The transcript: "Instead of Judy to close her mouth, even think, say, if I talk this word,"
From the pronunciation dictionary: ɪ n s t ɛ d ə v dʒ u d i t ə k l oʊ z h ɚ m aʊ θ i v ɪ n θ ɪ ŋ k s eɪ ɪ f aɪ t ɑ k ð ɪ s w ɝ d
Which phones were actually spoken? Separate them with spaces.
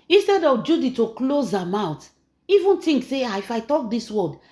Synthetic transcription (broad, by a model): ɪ n s t ɛ d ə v dʒ u d i t ə k l oʊ z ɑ m aʊ t i v ɪ n t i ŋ k s eɪ ɪ f aɪ t ɑ k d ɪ s w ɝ d